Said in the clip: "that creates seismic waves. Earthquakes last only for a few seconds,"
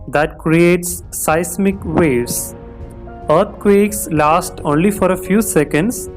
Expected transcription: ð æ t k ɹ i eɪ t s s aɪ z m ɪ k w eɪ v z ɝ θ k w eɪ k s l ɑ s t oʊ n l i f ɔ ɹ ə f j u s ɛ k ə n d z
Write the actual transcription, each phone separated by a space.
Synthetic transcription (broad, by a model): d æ t k ɹ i eɪ t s s aɪ s m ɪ k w eɪ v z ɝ t k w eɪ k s l ɑ s t oʊ n l i f ɔ ɹ ə f j u s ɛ k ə n d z